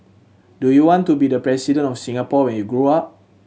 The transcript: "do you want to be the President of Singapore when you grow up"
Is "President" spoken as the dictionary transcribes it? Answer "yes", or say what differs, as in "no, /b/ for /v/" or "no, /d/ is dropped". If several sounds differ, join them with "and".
no, /s/ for /z/ and /t/ is dropped